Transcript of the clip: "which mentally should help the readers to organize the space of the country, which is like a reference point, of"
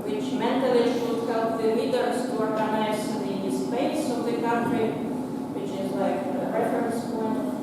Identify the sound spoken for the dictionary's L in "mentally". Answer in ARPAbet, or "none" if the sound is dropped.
none